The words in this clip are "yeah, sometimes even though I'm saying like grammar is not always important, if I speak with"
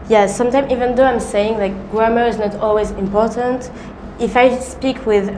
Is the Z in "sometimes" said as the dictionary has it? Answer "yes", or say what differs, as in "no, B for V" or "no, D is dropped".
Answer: no, Z is dropped